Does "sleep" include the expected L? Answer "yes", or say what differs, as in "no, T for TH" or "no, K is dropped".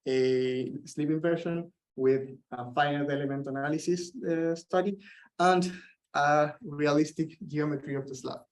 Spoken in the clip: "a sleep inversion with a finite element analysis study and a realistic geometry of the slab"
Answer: yes